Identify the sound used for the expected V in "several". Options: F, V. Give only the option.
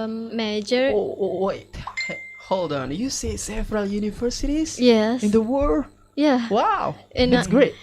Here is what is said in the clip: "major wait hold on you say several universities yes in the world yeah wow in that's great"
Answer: F